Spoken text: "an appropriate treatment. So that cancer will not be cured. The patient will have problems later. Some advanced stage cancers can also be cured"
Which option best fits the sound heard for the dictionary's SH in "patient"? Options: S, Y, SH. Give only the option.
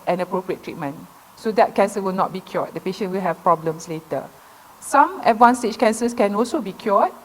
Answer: SH